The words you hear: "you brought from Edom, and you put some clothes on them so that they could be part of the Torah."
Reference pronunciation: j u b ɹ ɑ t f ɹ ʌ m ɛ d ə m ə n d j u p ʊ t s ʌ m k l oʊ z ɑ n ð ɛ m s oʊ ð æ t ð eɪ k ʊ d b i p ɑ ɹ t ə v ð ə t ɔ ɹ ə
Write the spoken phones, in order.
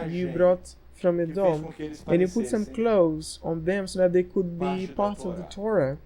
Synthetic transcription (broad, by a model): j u b ɹ ɑ t f ɹ ʌ m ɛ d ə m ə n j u p ʊ t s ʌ m k l oʊ z ɑ n ð ɛ m s oʊ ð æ t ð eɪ k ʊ d b i p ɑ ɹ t ə v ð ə t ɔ ɹ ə